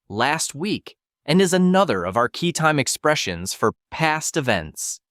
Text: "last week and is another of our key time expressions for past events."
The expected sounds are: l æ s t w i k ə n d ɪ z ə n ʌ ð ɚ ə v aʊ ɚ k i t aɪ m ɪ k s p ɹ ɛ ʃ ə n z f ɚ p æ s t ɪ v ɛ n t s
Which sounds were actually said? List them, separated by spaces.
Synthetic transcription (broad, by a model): l æ s t w i k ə n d ɪ z ə n ʌ ð ɚ ə v aʊ ɚ k i t aɪ m ɪ k s p ɹ ɛ ʃ ə n z f ɚ p æ s t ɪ v ɛ n t s